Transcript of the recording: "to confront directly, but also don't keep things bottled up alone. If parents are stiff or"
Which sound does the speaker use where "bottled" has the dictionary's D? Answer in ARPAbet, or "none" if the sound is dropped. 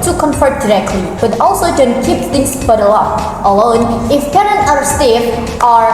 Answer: none